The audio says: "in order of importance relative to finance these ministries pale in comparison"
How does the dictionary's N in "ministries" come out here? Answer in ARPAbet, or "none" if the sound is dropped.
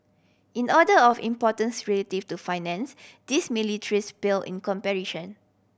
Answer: L